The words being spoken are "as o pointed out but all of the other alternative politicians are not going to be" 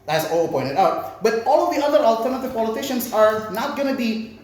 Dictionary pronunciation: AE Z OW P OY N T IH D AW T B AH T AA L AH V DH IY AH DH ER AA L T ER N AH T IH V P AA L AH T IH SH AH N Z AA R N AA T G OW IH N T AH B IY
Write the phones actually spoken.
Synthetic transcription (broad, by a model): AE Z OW P OY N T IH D AW T B AH T AA L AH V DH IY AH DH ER AA L T ER N AH T IH V P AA L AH T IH SH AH N S AA R N AA T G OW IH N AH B IY